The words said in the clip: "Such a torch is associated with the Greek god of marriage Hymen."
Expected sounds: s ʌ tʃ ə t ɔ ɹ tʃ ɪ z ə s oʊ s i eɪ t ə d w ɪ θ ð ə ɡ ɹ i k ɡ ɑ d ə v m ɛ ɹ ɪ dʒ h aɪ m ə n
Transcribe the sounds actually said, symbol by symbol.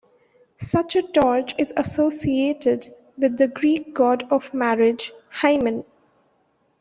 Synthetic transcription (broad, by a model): s ʌ tʃ ə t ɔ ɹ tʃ ɪ z ə s oʊ s i eɪ t ə d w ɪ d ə ɡ ɹ i k ɡ ɑ d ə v m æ ɹ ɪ dʒ h aɪ m ə n